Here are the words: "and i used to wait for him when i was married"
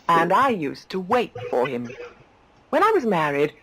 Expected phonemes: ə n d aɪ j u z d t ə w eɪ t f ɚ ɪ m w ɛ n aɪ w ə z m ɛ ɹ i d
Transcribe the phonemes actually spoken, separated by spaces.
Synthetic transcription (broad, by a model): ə n aɪ j u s t ə w eɪ t f ɚ ɪ m w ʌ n aɪ w ə z m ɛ ɹ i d